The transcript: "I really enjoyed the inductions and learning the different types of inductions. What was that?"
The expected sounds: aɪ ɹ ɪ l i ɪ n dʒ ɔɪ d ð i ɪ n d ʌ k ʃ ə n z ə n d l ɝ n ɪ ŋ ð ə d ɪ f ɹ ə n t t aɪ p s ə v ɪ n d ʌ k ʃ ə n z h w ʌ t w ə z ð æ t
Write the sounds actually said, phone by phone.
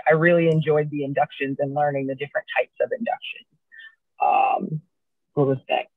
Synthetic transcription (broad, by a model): aɪ ɹ ɪ l i ɪ n dʒ ɔɪ d ð i ɪ n d ʌ k ʃ ə n z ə n l ɝ n ɪ ŋ ð ə d ɪ f ɹ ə n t t aɪ p s ə v ɪ n d ʌ k ʃ ə n z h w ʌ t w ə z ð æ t